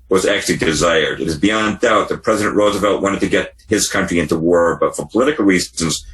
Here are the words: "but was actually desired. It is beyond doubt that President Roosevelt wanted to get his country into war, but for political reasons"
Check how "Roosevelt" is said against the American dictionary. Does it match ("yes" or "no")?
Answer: yes